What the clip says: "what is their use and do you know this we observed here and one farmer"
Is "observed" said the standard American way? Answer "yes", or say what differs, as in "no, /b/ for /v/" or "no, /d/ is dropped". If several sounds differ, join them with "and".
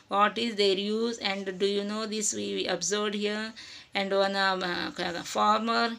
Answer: no, /v/ is dropped